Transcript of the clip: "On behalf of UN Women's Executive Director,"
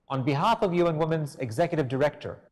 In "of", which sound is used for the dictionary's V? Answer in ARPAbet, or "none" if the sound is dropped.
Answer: V